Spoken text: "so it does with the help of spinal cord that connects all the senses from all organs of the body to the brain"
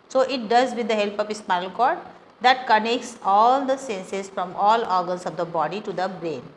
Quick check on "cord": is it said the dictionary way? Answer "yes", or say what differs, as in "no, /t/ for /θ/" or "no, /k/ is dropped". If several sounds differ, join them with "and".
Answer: yes